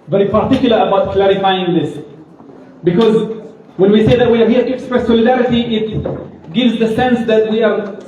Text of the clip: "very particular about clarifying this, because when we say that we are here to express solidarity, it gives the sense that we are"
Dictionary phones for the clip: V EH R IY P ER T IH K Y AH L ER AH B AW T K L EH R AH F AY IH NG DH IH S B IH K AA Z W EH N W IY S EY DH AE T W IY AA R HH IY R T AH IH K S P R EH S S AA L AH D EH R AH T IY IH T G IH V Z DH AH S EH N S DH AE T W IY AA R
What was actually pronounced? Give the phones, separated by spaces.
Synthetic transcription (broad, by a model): V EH R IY P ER T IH K Y L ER AH B AW T K L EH R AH F AY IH NG DH IH S B IH K AA Z W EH N W IY S EY DH AE T W IY AA R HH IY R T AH K S P R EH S S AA L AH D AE R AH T IY IH T G IH V Z DH AH S EH N S DH AE T W IY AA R